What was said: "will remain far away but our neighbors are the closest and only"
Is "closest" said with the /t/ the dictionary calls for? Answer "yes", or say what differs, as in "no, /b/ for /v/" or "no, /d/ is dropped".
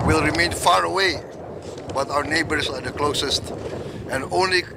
yes